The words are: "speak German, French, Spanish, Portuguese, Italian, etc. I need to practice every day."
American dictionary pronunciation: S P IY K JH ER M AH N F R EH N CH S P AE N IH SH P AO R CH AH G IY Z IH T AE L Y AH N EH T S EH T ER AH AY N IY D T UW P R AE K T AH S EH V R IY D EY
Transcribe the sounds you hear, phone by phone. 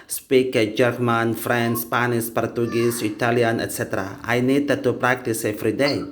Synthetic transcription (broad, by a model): S P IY K JH ER M AH N F R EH N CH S P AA N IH S P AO R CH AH G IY S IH T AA L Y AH N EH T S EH T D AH AY N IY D T UW P R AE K T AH S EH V R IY D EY